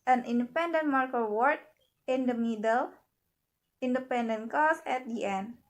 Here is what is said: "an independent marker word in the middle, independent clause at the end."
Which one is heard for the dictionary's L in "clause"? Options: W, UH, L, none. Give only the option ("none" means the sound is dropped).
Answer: none